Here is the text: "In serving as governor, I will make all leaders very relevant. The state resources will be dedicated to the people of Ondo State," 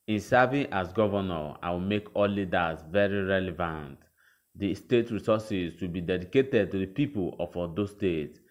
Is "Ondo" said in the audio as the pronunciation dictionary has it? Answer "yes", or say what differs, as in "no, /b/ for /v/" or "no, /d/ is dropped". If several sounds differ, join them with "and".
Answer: no, /n/ is dropped